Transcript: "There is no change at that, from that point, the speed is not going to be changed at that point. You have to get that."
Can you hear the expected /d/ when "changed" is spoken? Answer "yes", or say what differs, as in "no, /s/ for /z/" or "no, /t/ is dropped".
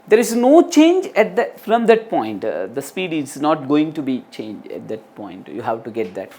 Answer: no, /d/ is dropped